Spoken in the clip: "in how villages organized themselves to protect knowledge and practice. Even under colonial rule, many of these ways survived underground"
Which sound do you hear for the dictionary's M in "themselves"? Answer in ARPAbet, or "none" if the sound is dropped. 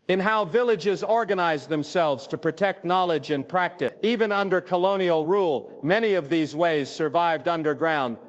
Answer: M